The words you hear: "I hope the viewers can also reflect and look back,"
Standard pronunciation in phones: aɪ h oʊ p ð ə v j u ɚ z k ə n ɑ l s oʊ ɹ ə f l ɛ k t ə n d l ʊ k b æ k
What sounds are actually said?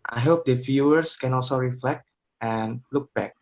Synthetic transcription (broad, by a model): aɪ h oʊ p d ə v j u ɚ s k ə n ɑ l s oʊ ɹ ə f l ɛ k t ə n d l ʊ k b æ k